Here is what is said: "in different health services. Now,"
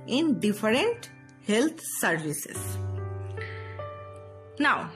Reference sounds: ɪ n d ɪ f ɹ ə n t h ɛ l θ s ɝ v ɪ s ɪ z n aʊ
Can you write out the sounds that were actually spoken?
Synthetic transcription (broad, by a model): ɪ n d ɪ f ɹ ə n t h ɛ l t s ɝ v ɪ s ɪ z n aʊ